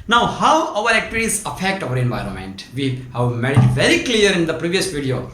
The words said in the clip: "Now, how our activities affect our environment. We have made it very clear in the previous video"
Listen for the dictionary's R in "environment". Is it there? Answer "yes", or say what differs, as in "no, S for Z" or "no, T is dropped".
yes